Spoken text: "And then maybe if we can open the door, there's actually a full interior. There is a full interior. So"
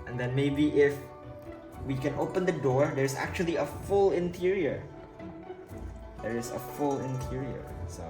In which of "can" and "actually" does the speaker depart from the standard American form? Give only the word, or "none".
none